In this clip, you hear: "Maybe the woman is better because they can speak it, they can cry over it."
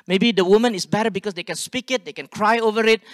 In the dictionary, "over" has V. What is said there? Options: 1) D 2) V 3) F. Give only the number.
2